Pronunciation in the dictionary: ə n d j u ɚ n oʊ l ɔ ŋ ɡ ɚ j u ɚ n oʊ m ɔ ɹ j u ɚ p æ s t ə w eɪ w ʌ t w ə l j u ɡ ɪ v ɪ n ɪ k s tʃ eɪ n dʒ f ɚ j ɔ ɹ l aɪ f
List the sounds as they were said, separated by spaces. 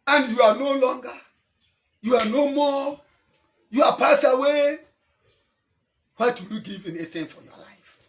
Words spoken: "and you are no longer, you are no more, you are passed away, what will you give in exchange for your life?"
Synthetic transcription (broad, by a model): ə n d j u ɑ n oʊ l ɔ ŋ ɡ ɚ j u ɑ n oʊ m ɔ j u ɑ p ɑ s ə w eɪ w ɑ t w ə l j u ɡ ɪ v ɪ n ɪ s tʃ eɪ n f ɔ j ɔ l aɪ f